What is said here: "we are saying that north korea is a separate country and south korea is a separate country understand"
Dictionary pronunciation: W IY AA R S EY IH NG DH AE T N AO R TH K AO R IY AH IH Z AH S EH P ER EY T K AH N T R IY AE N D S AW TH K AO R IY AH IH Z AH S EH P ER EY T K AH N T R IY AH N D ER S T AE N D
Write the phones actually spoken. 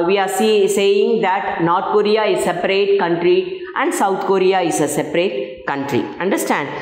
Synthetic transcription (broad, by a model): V IY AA R S EY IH NG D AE T N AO R T K AO R IY AH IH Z S EH P ER EY T K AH N T R IY AE N D S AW T K AO R IY AH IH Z AH S EH P ER EY T K AH N T R IY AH N D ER S T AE N D